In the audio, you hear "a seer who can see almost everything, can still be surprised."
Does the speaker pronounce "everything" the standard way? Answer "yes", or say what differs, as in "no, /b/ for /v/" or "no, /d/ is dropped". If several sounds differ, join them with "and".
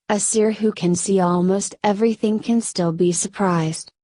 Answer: yes